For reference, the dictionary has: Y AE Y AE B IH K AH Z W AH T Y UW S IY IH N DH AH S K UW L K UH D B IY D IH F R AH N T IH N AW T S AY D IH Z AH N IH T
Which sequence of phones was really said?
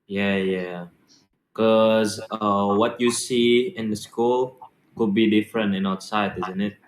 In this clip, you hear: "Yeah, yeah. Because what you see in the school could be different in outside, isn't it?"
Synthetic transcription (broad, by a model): Y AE Y AE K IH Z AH W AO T Y UW S IY IH N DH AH S K UW L K UH D B IY D IH F R AH N T IH N AW T S AY D IH Z AH N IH T